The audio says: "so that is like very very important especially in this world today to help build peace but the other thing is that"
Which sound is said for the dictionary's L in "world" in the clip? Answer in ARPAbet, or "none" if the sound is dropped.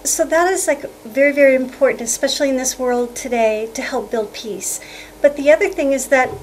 L